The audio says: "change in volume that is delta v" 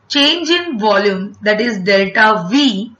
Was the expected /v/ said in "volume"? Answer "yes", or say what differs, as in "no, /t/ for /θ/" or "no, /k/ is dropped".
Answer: yes